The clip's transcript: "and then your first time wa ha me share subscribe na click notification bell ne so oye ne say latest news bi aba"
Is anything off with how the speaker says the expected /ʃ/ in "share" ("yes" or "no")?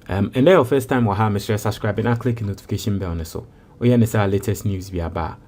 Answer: yes